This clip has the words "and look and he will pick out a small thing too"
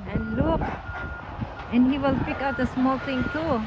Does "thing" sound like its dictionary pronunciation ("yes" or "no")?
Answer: no